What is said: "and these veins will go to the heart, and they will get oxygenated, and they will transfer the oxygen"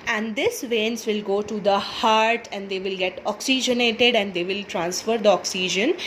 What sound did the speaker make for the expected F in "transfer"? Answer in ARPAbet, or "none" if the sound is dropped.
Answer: F